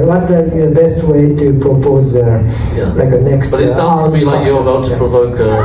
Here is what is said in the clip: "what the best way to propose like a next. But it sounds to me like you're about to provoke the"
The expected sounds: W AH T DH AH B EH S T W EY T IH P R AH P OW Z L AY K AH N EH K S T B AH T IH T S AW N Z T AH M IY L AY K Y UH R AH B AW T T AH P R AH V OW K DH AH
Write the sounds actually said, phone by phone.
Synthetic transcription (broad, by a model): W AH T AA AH B EH S T W EY T IH P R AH P OW Z L AY K AH N EH K S T B AH T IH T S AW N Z T AH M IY L AY K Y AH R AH UH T T AH P R AH V OW K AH